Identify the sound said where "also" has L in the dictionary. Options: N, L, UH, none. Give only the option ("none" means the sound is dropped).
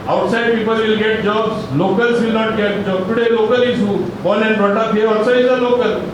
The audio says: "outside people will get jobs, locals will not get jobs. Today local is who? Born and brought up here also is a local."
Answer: none